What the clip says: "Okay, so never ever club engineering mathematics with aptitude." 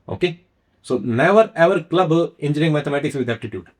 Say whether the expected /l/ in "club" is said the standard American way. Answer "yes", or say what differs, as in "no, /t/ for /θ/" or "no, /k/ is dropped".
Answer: yes